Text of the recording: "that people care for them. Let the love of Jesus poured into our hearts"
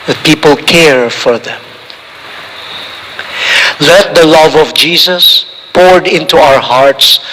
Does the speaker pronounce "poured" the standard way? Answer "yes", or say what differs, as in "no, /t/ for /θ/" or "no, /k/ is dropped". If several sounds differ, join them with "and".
yes